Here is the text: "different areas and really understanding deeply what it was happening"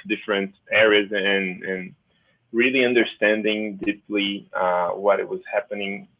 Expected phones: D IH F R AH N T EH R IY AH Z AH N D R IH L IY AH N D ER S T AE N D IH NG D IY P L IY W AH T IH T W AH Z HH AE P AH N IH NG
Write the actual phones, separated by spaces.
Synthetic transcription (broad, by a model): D IH F R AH N T EH R IY AH Z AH N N R IH L IY AH N D ER S T AE N D IH NG D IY P L IY W AH T IH T W AH Z HH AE P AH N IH NG